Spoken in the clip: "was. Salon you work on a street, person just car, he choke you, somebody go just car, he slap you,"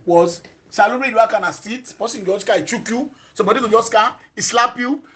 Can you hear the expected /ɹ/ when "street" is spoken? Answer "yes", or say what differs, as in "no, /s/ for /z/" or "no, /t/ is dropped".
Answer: no, /ɹ/ is dropped